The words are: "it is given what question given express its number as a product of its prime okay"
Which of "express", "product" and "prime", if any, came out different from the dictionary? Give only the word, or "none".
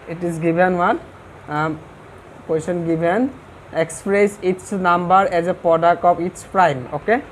none